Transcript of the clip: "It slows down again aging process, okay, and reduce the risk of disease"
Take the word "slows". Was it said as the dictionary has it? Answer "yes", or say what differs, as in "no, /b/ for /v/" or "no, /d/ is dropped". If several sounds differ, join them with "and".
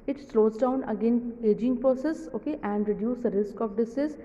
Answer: yes